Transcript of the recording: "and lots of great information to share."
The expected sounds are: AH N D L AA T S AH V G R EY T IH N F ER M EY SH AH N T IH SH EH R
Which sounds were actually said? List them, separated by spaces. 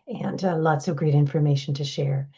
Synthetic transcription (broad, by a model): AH N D L AA T S AH V G R EY T IH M F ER M EY SH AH N T IH SH EH R